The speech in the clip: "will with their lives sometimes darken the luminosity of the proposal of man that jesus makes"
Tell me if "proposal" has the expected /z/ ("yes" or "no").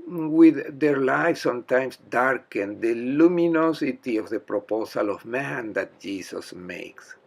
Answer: no